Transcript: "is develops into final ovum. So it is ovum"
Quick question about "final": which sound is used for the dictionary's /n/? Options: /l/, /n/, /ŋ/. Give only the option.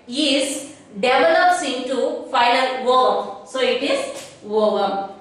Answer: /l/